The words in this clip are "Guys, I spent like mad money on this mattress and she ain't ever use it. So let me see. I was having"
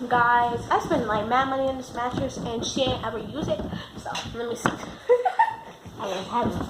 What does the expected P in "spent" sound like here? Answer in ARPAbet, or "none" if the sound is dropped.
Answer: B